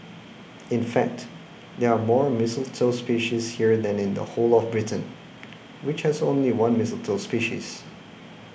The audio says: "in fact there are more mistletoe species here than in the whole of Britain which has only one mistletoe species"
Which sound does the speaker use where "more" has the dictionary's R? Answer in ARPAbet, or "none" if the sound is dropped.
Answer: R